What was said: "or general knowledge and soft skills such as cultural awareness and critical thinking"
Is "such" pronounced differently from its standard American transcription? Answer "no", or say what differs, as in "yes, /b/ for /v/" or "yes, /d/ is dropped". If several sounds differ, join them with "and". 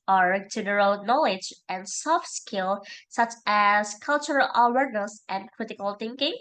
no